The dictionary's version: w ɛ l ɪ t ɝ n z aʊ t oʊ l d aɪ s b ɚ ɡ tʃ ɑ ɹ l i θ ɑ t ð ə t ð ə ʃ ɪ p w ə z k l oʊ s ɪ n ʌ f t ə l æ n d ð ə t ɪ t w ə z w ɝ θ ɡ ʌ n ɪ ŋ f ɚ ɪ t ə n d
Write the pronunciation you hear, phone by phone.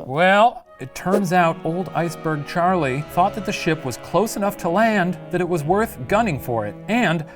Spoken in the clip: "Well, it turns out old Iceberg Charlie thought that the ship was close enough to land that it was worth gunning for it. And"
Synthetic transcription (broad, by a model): w ɛ l ɪ t ɝ n z aʊ t oʊ l d aɪ s b ɚ ɡ tʃ ɑ ɹ l i θ ɑ t ð ə t ð ə ʃ ɪ p w ə z k l oʊ s ɪ n ʌ f t ə l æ n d ð ə t ɪ t w ə z w ɝ θ ɡ ʌ n ɪ ŋ f ɚ ɪ t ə n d